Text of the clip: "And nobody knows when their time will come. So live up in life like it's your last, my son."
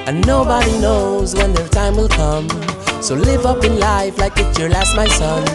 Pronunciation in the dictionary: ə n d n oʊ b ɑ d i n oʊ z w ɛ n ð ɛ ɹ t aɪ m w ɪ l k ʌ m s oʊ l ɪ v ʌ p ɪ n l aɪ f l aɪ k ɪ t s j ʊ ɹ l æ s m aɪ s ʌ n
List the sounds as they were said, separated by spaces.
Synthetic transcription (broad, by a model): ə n n oʊ b ɑ d i n oʊ z w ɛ n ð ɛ ɹ t aɪ m w ɪ l k ʌ m s oʊ l ɪ v ʌ p ɪ n l aɪ f l aɪ k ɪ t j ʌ ɹ l æ s m aɪ s ʌ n